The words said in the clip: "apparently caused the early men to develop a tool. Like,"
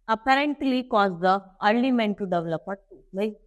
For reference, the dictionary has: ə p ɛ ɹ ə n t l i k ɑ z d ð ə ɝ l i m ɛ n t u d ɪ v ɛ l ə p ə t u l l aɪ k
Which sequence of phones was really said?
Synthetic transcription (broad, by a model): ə p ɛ ɹ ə n t l i k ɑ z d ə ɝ n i m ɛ n t u d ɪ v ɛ l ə p ə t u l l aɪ